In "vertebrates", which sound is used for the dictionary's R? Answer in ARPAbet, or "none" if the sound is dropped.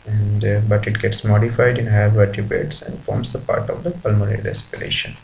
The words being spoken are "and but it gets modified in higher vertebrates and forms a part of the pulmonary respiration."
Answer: none